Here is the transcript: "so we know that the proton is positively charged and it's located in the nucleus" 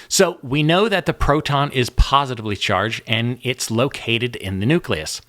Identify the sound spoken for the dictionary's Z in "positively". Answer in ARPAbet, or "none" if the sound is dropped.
Z